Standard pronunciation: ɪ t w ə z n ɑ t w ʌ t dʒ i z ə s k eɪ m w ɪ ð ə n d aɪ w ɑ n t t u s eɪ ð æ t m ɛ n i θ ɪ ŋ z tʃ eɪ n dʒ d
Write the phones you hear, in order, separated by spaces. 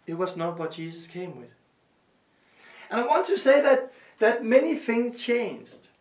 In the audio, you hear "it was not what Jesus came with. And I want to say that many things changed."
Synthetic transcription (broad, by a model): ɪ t w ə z n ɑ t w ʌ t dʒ i s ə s k eɪ m w ɪ ð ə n aɪ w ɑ n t t u s eɪ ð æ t m ɛ n i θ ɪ ŋ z tʃ eɪ n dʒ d